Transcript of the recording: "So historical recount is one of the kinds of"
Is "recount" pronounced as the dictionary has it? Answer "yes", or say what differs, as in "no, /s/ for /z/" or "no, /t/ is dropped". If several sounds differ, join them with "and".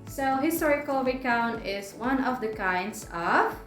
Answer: no, /w/ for /ɹ/ and /t/ is dropped